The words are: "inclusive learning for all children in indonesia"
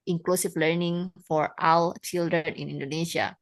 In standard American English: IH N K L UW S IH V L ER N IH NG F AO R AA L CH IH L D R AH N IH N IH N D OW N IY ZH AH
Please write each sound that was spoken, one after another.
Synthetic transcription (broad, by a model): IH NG K L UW S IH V L ER N IH NG F AO R AA W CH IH L D R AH N IH N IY N D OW N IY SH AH